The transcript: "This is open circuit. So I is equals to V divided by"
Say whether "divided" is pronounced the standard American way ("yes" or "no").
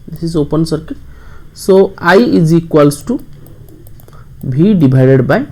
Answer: no